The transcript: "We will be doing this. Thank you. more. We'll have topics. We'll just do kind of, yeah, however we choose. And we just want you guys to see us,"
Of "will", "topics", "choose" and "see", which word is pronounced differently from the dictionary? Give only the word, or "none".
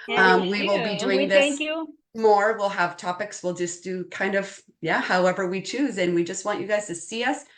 none